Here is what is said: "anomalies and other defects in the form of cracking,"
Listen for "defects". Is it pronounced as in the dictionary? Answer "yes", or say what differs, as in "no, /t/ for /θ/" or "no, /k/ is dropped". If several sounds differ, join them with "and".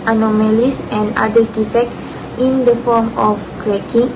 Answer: no, /s/ is dropped